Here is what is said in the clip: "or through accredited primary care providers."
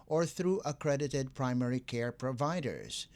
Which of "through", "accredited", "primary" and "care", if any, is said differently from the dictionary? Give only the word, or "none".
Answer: none